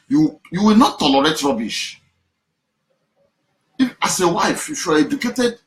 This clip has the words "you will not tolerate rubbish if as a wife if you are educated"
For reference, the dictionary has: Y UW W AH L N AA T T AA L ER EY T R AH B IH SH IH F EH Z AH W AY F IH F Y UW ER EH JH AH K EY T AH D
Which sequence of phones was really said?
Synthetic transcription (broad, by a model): Y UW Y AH W N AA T T AA L ER EY T R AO B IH SH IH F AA S AH W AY IH F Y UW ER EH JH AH K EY T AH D